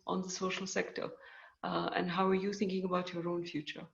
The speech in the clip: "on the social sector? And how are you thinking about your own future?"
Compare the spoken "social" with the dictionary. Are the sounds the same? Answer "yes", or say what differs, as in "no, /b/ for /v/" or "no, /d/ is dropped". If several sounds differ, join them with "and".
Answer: yes